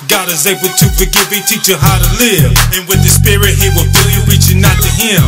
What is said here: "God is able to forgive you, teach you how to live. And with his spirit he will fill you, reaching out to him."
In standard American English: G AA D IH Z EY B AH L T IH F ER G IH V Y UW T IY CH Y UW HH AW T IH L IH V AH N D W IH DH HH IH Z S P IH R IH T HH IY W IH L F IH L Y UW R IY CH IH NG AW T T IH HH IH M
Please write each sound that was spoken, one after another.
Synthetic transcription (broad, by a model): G AA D IH Z EY B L T IH F ER G IH V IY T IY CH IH HH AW T IH L IH V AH N W IH DH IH S P IH R IH T HH IY W IH L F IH L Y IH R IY CH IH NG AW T T IH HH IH M